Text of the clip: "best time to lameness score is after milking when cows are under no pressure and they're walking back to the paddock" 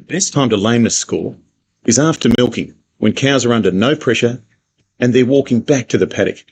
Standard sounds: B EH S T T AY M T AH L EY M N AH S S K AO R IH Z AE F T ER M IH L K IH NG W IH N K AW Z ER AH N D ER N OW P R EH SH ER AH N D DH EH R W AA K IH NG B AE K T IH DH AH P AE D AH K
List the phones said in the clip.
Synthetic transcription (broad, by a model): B EH S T T AY M T AH L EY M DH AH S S K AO L IH Z AE F T ER M IH L K IH NG W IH N K AW Z ER AH N D ER N OW P R EH SH ER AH N DH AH R W AA K IH NG B AE K T IH DH AH P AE D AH K